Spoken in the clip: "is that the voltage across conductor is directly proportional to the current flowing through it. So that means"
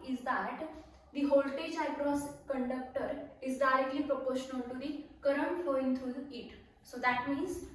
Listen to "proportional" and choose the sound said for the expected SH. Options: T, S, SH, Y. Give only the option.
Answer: SH